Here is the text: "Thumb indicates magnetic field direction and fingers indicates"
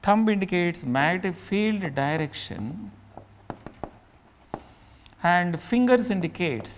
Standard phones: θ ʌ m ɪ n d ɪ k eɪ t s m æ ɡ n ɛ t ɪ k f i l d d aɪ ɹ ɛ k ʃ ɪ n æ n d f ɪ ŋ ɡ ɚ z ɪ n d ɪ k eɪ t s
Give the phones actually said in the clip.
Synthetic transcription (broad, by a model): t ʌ m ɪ n d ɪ k eɪ t s m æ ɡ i t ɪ f i l d d aɪ ɹ ɛ k ʃ ɪ n æ n d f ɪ ŋ ɡ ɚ s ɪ n d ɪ k eɪ t s